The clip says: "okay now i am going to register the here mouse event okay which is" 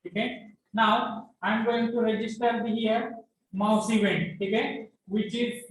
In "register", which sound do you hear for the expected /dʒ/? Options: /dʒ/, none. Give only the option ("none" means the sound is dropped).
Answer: /dʒ/